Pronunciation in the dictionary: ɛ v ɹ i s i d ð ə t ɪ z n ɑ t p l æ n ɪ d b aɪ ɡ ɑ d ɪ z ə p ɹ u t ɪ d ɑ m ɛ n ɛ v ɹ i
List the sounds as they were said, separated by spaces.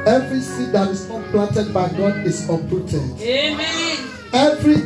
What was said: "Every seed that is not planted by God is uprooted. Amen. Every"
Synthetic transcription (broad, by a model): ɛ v ɹ i s i d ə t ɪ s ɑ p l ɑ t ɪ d b aɪ ɡ ɑ d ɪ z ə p u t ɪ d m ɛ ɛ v ɹ i